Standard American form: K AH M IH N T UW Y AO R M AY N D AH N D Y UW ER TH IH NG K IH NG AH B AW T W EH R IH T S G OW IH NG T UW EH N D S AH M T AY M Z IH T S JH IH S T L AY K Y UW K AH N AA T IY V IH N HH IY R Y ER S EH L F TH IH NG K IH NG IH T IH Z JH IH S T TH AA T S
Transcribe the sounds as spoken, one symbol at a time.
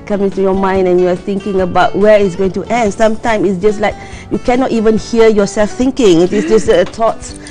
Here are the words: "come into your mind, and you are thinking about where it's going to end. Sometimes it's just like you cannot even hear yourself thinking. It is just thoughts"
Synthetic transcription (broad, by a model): K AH M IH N T UW Y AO M AY N D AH N Y UW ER TH IH NG K IH NG AH B AW T W EH R IH T S G OW IH NG T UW EH N D S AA M T AY M S IH T S JH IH S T L AY K Y UW K AH N AA T IY V IH N HH IY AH Y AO S EH L F TH IH NG K IH NG IH T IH S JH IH S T AA T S